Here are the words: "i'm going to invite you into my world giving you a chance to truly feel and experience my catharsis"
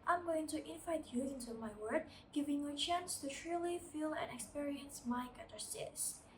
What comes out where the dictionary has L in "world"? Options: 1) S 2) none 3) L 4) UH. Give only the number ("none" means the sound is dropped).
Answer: 2